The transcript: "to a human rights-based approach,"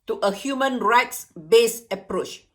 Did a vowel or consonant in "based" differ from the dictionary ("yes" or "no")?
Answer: yes